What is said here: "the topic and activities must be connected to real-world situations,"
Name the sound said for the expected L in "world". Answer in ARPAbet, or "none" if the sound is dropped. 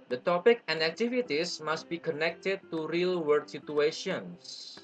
none